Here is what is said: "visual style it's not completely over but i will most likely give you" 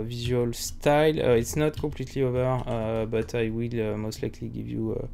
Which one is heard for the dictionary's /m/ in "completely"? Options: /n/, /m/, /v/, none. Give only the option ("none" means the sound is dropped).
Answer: none